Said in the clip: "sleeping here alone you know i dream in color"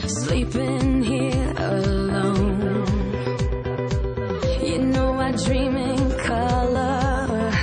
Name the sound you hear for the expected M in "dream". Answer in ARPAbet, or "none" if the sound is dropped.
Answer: M